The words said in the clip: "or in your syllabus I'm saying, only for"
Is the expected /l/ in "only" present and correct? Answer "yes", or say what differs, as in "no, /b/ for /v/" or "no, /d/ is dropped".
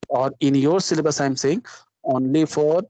yes